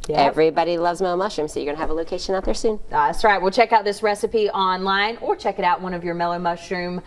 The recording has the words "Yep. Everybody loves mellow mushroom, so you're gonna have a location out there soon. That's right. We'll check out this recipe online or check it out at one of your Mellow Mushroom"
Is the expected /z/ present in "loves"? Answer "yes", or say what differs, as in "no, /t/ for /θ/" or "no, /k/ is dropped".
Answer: yes